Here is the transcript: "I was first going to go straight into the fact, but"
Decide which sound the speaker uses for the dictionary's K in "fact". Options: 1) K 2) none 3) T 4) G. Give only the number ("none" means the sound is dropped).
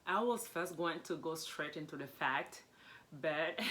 1